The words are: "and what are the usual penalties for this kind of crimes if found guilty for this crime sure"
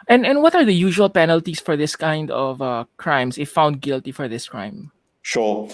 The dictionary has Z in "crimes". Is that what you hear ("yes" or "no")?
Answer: no